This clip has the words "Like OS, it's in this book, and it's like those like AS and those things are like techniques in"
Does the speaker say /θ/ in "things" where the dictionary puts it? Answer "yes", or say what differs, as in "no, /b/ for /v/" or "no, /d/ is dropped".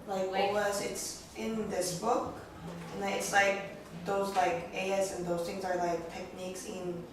yes